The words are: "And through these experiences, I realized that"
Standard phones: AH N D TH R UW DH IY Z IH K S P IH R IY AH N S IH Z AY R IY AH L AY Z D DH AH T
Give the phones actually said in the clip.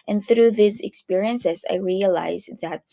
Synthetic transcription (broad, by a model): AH N TH R UW DH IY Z IH K S P IH R IY AH N S IH Z AY R IY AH L AY Z DH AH T